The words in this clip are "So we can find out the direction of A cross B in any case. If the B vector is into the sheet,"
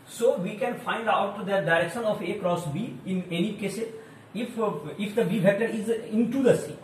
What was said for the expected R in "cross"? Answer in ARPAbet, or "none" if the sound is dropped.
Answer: R